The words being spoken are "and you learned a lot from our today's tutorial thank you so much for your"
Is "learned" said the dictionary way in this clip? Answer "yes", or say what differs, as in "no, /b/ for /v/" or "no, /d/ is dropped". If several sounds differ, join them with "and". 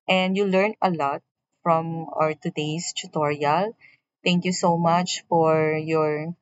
no, /d/ is dropped